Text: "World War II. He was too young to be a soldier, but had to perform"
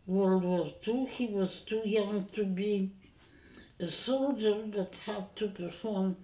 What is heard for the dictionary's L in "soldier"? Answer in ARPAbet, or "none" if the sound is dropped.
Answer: L